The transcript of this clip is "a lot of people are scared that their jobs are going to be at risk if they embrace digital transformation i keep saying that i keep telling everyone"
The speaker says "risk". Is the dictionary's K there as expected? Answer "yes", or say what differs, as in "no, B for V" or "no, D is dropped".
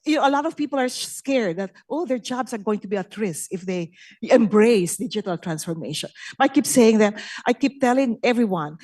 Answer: no, K is dropped